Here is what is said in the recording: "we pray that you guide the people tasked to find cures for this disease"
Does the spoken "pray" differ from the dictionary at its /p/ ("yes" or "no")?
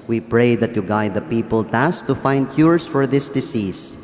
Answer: no